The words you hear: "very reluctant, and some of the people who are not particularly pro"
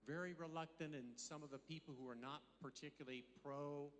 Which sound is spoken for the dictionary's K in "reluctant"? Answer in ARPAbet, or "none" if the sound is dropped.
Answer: K